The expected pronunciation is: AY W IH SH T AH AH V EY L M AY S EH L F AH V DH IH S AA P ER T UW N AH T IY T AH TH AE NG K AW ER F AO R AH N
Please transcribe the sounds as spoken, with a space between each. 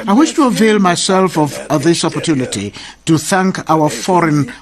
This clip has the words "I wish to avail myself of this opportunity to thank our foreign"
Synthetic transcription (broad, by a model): AY W IH SH T AH AH V EY L M AY S EH L F AH V DH IH S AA P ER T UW N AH T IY T AH TH AE NG K AW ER F AO R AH N